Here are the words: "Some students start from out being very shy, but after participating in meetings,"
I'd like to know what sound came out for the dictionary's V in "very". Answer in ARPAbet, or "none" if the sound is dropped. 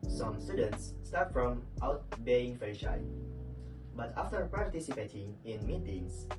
F